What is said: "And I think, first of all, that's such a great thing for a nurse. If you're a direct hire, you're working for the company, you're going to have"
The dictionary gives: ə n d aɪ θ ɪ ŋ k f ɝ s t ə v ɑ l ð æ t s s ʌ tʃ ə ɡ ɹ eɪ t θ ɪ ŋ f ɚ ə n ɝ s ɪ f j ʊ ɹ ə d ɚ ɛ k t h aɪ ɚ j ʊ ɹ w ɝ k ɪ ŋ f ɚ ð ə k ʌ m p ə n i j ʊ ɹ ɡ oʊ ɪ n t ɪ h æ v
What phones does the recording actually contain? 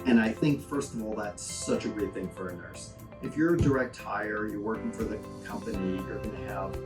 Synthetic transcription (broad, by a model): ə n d aɪ θ ɪ ŋ k f ɝ s t ə v ɑ l ð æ t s s ʌ tʃ ə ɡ ɹ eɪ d θ ɪ ŋ f ɚ ə n ɝ s ɪ f j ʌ ɹ d ɚ ɛ k t h aɪ ɚ j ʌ ɹ w ɝ k ɪ ŋ f ɚ ð ə k ʌ m p ə n i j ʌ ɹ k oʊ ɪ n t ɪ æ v